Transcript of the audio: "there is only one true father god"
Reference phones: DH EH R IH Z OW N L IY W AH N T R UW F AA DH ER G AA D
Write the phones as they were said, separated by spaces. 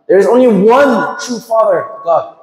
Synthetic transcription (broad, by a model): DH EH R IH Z OW N L IY W AH N T R UW F AA DH ER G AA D